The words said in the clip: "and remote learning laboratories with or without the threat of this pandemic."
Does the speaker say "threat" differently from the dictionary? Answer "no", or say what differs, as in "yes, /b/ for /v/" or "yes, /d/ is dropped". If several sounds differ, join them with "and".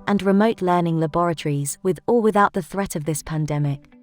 no